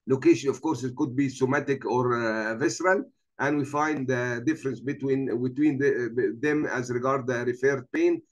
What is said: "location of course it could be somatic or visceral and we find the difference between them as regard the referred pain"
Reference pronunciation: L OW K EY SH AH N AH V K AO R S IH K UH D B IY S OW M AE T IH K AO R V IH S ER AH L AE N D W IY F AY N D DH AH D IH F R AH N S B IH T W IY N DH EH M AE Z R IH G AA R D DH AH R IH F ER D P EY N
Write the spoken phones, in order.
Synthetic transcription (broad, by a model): L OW K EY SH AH N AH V K AO R S IH K UH D B IY S OW M AE T IH K AO R V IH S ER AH L AE N D W IY F AY N D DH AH D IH F R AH N S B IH T W IY N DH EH M AE Z R IH G AA R D DH AH R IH F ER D P EY N